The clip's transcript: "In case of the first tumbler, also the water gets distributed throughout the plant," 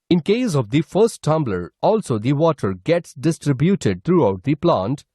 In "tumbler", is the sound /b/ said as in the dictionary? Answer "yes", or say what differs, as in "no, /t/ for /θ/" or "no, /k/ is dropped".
yes